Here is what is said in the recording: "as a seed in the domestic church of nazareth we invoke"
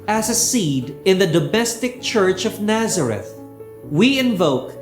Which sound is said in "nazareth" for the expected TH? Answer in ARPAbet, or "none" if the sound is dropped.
TH